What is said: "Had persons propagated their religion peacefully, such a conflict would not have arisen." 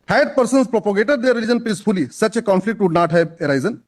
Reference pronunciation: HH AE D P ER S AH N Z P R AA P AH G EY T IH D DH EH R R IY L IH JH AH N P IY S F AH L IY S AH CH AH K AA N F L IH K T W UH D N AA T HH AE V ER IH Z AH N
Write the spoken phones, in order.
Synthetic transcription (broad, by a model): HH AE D P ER S AH N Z P R AA P AH G EY T IH D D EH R R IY L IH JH AH N P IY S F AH L IY S AH CH AH K AA N F L IH K T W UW D N AA T HH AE B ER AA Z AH N